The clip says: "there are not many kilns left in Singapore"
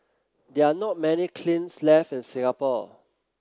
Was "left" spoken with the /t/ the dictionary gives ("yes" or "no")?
no